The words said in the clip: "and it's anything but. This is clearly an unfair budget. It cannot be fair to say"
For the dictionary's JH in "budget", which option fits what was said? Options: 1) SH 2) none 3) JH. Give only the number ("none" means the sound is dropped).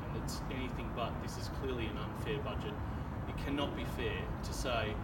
3